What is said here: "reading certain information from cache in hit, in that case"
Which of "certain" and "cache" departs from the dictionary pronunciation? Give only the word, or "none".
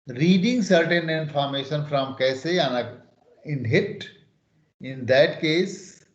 cache